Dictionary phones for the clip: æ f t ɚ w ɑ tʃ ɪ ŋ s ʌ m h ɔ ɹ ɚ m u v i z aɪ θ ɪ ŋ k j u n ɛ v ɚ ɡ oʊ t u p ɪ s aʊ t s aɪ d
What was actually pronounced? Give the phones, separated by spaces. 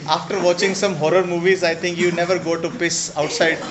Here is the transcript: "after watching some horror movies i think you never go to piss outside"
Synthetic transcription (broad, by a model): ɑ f t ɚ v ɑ tʃ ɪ ŋ s ʌ m h ɔ ɹ ɚ m u v i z aɪ t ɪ ŋ k j u n ɛ v ɚ ɡ oʊ t u p ɪ s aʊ t s aɪ d